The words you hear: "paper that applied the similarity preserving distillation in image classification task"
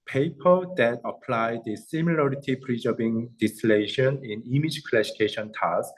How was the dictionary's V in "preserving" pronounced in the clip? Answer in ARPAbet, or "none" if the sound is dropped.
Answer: B